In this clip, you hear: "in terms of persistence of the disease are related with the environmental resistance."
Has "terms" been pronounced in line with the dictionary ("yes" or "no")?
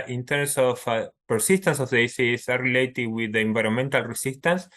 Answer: no